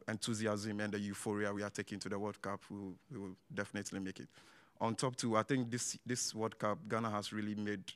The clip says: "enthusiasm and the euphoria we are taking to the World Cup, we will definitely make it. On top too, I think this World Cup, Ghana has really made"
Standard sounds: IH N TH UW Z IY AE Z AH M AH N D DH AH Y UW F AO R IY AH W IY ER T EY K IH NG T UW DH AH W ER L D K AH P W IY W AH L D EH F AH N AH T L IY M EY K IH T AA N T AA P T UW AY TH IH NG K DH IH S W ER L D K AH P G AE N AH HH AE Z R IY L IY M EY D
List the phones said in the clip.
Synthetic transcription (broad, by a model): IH N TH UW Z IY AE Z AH M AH N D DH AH Y UW F AO R IY AH W IY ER T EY K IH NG T UW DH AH W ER D K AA P W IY W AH W D EH F AH N AH T L IY M EY K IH T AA N T AA P T UW AY TH IH NG K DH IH S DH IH W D K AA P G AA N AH HH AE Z R IY L IY M EY D